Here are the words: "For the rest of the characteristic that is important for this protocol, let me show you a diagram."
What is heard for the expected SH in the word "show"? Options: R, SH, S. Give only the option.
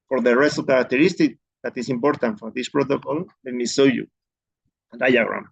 S